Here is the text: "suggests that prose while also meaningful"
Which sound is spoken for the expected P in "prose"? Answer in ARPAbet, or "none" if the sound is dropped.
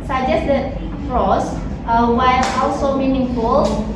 F